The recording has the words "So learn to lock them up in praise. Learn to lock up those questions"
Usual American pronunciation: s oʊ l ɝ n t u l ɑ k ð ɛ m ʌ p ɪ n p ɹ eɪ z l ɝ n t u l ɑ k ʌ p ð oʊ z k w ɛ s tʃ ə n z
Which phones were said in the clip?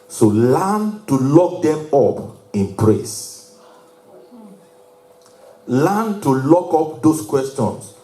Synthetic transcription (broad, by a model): s oʊ l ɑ n t u l ɑ k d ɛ m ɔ p ɪ n p ɹ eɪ s l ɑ n t u l ɑ k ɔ p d oʊ s k w ɛ s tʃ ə n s